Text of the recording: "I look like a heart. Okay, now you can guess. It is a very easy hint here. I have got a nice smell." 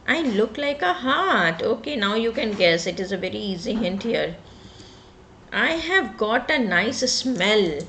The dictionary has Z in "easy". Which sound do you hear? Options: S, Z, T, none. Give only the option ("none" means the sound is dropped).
Z